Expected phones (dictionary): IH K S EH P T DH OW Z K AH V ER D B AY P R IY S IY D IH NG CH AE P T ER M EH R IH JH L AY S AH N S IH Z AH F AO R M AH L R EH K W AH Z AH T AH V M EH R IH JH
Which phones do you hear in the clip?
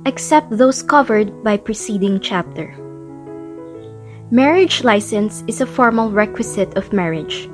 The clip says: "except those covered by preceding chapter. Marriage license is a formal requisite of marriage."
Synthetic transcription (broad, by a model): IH K S EH P T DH OW S K AH V ER D B AY P R IY S IY D IH NG CH AE P T ER M EH R IH JH L AY S AH N S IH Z AH F AO R M AH L R EH K W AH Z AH T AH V M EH R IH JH